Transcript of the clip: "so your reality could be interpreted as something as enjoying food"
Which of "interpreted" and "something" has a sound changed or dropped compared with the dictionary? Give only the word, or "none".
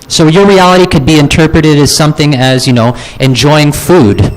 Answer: none